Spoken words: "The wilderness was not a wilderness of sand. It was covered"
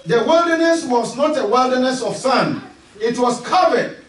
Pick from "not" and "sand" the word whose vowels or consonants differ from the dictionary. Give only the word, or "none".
sand